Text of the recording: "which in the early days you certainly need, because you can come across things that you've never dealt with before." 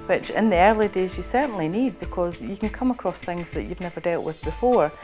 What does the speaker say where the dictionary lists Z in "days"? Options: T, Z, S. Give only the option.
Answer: Z